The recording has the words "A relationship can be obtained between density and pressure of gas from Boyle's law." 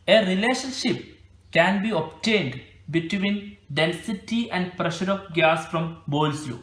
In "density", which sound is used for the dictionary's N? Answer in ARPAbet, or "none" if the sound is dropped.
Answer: L